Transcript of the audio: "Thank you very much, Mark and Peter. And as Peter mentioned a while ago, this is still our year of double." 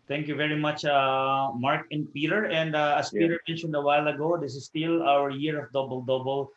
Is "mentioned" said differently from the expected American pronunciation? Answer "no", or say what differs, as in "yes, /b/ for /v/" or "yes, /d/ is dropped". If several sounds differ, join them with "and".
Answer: no